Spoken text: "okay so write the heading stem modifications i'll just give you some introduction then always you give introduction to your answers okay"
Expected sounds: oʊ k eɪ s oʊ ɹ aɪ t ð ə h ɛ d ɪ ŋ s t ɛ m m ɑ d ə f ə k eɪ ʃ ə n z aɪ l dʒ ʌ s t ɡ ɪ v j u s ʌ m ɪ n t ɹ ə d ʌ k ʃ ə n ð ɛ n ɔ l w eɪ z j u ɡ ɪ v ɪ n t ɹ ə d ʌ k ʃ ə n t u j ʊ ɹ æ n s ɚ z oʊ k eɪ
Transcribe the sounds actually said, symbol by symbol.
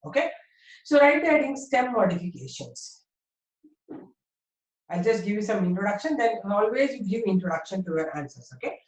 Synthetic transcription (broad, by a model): oʊ k eɪ s oʊ ɹ aɪ t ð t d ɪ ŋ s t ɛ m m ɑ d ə f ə k eɪ ʃ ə n s aɪ l dʒ ʌ s t ɡ ɪ v j u s ʌ m ɪ n t ɹ ə d ʌ k ʃ ə n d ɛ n ɔ l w eɪ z j u ɡ ɪ v ɪ n t ɹ ə d ʌ k ʃ ə n t u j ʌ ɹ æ n s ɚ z oʊ k eɪ